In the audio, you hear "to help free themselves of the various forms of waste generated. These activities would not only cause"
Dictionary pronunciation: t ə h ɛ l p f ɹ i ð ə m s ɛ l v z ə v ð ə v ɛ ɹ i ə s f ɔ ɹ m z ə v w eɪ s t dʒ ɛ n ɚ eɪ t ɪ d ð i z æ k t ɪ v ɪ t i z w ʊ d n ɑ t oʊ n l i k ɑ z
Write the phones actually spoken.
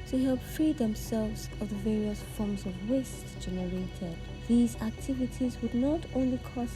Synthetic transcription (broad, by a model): t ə h ɛ l p f ɹ i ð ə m s ɛ l v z ə v ð ə v ɛ ɹ i ə s f ɔ ɹ m z ə v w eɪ s dʒ ɛ n ɚ eɪ t ɪ d ð i z æ k t ɪ v ɪ t i z w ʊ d n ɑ t oʊ n l i k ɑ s